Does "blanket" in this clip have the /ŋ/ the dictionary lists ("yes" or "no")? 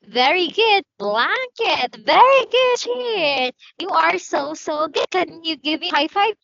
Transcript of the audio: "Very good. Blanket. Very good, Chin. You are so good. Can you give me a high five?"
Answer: yes